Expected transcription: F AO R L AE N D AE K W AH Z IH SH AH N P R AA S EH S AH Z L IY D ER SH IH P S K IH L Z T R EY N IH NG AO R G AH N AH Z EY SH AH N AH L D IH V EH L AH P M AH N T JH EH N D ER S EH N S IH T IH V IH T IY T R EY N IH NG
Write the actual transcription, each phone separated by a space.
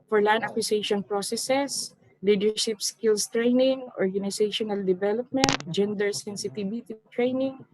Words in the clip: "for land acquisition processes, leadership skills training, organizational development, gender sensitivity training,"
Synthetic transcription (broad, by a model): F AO R L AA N AA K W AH S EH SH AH N P R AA S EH S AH S L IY D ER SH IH P S K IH L S T R EY N IH NG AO R G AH N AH S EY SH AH N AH L D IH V EH L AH P M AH N T JH EH N D ER S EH N S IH T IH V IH T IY T R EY N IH NG